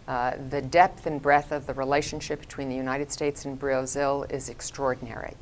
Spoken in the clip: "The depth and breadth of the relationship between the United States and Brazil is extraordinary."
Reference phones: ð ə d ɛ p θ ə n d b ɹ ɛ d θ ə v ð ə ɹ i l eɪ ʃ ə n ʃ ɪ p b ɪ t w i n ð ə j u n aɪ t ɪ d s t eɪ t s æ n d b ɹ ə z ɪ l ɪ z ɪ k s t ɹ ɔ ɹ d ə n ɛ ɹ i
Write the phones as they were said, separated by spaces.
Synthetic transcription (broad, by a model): ð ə d ɛ p θ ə n b ɹ ɛ θ ə v ð ə ɹ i l eɪ ʃ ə n ʃ ɪ p b ɪ t w i n ð ə j u n aɪ t ɪ d s t eɪ t s n b ɹ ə z ɪ l ɪ z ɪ k s t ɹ ɔ ɹ d n ɛ ɹ i